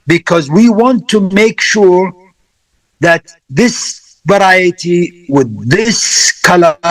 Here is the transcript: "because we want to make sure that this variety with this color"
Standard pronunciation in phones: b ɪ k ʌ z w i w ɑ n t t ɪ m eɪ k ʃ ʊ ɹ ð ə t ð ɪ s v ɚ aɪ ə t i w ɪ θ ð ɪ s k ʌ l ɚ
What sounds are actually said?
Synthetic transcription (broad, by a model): b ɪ k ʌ z w i w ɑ n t t ɪ m eɪ k ʃ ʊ ɹ ð ə t ð ɪ s v ɚ aɪ ə t i w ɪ ð ɪ s k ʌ l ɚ